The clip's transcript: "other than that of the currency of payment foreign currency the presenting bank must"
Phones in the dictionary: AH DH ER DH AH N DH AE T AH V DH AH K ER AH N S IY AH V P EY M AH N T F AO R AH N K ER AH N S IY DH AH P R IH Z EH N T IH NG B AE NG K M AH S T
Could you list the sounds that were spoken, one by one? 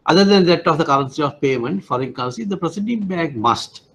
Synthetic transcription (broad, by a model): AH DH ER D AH N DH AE T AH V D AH K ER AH N S IY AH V P EY M AH N T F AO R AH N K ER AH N S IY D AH P R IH S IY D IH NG B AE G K M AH S T